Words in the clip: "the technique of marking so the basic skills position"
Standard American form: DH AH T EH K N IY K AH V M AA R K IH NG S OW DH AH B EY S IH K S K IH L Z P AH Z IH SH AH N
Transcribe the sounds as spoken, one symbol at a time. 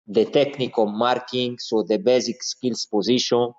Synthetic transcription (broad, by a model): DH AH T EH K N IY K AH M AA R K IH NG S OW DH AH B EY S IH K S K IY L S P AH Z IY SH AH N